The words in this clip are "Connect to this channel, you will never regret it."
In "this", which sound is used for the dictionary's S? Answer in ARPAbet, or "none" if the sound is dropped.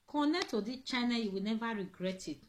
none